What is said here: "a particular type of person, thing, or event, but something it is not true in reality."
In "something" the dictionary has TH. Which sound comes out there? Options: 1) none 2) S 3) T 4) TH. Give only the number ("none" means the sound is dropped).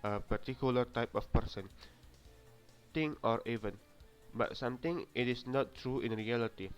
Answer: 3